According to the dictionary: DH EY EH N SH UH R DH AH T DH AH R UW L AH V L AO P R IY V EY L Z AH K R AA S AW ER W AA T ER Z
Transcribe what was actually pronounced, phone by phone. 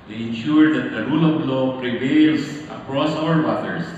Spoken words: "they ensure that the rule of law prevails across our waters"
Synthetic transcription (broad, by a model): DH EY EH N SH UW R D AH T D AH R UW L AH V L AO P R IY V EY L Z AH K R AA S AW ER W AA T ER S